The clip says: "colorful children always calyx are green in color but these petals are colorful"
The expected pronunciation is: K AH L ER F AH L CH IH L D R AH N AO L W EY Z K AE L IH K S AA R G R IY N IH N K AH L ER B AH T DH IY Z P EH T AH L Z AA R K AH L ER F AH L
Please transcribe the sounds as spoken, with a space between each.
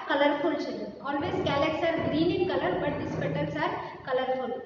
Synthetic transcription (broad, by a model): K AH L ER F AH L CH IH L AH AO L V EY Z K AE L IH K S AA R G R IY N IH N K AH L ER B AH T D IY S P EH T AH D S AA R K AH L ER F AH L